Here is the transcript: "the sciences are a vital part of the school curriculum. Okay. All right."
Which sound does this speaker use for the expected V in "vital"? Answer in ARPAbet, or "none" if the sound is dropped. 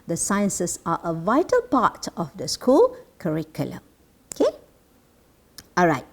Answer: V